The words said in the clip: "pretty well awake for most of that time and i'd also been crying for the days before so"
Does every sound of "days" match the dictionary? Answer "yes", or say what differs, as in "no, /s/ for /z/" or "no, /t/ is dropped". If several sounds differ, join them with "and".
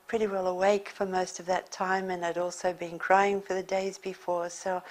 yes